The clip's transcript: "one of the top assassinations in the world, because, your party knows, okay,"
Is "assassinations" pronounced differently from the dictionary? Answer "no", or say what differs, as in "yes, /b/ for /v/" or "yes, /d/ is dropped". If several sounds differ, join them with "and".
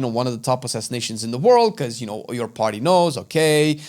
no